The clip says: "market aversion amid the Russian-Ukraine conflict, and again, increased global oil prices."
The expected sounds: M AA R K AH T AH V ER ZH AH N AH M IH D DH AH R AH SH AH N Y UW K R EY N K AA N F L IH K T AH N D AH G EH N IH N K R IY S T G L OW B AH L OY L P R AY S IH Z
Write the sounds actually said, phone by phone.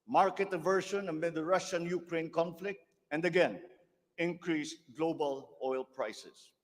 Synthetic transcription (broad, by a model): M AA R K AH T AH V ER SH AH N AH M IH D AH R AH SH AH N Y UW K R EY N K AA N F L IH K T AH N D AH G EH N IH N K R IY S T G L OW B AH L OY L P R AY S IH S